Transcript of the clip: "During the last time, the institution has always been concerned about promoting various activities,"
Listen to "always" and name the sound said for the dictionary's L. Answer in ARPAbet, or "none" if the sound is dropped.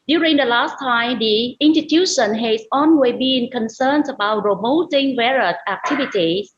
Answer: N